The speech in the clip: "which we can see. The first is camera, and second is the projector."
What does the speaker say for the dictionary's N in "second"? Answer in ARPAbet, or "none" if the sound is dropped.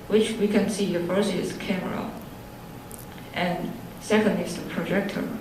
N